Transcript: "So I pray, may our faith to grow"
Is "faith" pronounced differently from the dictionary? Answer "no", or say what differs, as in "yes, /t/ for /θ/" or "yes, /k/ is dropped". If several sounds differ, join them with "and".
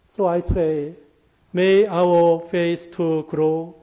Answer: yes, /s/ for /θ/